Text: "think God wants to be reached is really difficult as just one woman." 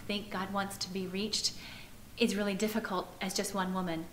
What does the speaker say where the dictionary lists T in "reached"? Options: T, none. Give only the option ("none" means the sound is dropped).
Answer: T